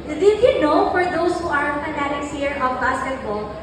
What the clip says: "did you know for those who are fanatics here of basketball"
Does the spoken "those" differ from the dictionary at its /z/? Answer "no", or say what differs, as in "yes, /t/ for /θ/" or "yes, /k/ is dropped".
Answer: yes, /s/ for /z/